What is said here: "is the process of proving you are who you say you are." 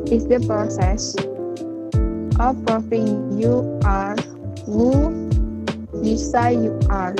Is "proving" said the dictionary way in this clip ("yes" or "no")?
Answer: no